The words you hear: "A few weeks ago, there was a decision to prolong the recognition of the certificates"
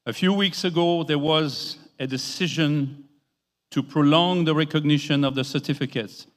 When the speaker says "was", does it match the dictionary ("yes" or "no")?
yes